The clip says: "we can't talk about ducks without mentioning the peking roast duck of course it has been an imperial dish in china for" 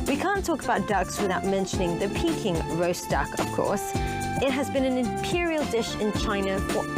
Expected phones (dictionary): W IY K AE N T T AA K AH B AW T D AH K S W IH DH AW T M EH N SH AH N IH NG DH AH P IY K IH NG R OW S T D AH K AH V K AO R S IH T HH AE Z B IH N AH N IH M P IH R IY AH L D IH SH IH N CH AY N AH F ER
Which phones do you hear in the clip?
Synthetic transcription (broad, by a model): W IY K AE N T T AA K AH B AW T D AH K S W IH DH AW T M EH N SH AH N IH NG DH AH P IY K IH NG R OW S D AH K AH V K AO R S IH T HH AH Z B IH N AH N IH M P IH R IY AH L D IH SH IH N CH AY N AH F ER